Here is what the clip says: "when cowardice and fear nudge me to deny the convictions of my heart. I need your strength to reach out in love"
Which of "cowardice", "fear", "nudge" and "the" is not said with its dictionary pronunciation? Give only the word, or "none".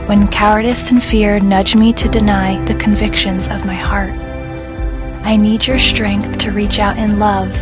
none